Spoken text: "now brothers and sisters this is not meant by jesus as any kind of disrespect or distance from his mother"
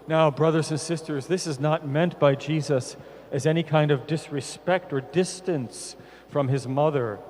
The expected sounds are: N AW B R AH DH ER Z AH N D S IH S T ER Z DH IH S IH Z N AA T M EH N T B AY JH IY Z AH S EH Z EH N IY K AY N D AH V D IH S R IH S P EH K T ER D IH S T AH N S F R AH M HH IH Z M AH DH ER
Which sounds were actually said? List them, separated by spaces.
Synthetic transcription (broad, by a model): N AW B R AH DH ER Z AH N S IH S T ER Z DH IH S IH Z N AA T M EH N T B AY JH IY Z AH S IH Z EH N IY K AY N D AH V D IH S R IH S P EH K T ER D IH S T AH N S F R AH M IH Z M AH DH ER